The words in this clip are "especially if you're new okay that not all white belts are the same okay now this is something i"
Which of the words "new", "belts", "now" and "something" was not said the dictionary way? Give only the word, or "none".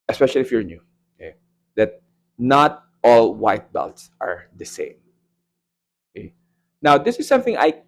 none